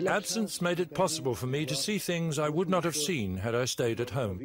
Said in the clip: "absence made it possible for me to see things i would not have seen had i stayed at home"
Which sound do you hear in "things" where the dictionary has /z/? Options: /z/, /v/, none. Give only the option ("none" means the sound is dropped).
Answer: /z/